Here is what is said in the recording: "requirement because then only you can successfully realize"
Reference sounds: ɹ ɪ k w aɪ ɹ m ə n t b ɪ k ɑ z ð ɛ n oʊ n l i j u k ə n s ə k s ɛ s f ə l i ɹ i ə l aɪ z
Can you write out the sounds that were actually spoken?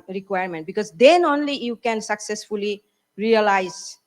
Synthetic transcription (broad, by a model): ɹ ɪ k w aɪ ɹ m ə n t b ɪ k ɑ z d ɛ n oʊ n l i j u k ə n s ə k s ɛ s f ə l i ɹ i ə l aɪ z